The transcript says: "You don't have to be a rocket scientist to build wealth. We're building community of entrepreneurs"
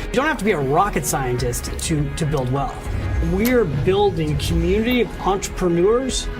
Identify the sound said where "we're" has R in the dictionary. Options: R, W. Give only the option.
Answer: R